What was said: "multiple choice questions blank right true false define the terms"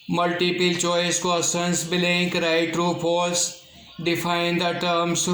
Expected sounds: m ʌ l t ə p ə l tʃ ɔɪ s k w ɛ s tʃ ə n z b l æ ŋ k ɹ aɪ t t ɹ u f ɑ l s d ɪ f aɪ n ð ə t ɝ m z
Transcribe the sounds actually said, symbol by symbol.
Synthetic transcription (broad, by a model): m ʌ l t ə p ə l tʃ ɔɪ s k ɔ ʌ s ə n s b l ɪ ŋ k ɹ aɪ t t ɹ u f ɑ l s d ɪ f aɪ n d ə t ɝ m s